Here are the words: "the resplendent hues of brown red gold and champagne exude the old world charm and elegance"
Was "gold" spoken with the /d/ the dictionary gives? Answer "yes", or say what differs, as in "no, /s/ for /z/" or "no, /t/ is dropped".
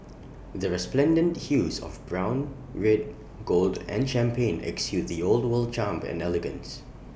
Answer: yes